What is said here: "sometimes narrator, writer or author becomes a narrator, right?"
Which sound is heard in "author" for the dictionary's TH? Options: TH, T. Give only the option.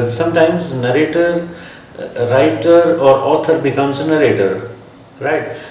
T